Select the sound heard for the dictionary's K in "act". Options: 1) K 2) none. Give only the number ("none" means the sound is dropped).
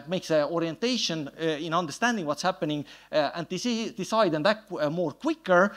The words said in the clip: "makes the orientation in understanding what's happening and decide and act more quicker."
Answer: 2